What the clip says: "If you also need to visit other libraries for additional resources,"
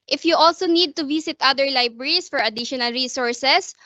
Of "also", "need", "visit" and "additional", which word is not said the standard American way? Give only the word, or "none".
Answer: visit